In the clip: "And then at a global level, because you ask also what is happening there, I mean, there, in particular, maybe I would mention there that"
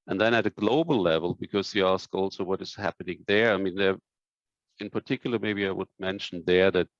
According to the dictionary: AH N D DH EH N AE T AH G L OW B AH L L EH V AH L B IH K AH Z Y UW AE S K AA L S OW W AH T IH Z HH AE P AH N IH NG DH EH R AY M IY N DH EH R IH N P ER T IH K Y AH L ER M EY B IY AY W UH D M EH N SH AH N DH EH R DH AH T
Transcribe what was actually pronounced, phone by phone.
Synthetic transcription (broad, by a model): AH N DH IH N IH T AH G L OW B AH L L EH V AH L B IH K AH Z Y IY AE S K AA L S OW W AH T IH Z HH AE P AH N IH NG DH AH R AY M IY N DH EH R IH N P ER T IH K Y L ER M EY B IY AY W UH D M EH N SH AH N DH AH R DH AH T